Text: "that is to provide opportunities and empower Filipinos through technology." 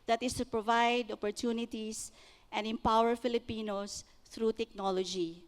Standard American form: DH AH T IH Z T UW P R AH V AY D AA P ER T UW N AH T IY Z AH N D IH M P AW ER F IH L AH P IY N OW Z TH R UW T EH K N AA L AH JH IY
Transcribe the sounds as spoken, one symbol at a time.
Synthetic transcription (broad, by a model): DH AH T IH S T UW P R AH V AY D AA P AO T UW N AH T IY S AH N D IH M P AW ER F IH L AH P IY N OW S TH R UW T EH K N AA L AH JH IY